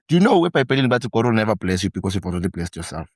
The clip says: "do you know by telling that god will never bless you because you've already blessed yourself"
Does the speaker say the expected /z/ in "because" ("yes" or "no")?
no